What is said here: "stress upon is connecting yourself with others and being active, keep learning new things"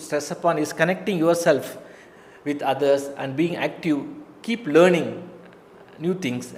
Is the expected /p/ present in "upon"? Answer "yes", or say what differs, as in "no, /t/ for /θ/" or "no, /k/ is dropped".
yes